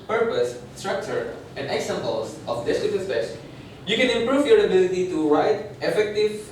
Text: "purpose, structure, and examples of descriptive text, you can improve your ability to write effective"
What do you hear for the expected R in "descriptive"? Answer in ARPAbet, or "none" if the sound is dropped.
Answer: none